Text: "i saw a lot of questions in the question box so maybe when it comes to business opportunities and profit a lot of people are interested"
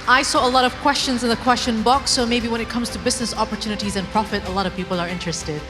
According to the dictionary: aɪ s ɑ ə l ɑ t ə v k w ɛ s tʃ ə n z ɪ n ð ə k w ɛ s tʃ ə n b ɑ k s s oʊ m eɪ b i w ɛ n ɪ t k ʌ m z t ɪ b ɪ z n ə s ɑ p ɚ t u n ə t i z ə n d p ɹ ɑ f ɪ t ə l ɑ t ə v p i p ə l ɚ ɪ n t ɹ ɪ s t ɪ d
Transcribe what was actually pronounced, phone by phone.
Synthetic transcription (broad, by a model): aɪ s ɑ ə l ɑ t ə v k w ɛ s tʃ ə n z ɪ n ð ə k w ɛ s tʃ ə n b ɑ k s s oʊ m eɪ b i w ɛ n ɪ t k ʌ m z t ɪ b ɪ z n ə s ɑ p ɚ t u n ə t i z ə n p ɹ ɑ f ɪ t ə l ɑ t ə v p i p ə l ɚ ɪ n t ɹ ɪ s t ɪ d